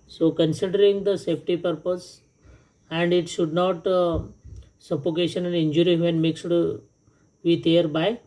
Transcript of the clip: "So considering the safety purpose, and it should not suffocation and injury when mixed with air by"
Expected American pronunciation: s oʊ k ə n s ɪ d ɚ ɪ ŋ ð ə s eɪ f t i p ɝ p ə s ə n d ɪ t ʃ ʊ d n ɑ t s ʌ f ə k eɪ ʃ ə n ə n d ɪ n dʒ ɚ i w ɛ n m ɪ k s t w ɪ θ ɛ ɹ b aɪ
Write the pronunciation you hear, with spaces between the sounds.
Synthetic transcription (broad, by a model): s oʊ k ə n s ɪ d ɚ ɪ ŋ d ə s eɪ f t i p ɝ p ə s ə n d ɪ t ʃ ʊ d n ɑ t s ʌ p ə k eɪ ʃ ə n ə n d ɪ n dʒ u i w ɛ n m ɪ k s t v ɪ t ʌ ɹ b aɪ